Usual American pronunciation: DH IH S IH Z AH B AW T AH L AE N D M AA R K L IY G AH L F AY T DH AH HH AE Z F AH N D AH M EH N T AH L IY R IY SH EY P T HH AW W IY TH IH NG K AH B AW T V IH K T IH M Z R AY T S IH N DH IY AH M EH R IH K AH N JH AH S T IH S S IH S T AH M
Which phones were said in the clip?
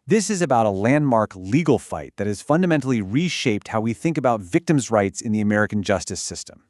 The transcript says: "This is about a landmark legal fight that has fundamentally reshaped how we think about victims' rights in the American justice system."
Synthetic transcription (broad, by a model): DH IH S IH Z AH B AW T AH L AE N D M AA R K L IY G L F AY T DH AH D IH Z F AH N D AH M EH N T L IY R IY SH EY P T HH AW W IY TH IH NG K AH B AW T V IH K T IH M Z R AY T S IH N DH IY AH M EH R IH K N JH AH S T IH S S IH S T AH M